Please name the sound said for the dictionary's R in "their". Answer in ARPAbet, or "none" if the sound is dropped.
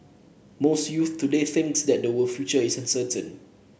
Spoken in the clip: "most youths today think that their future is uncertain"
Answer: W